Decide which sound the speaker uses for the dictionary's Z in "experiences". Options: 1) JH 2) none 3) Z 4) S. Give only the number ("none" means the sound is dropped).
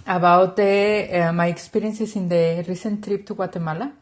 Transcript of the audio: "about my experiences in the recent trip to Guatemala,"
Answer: 4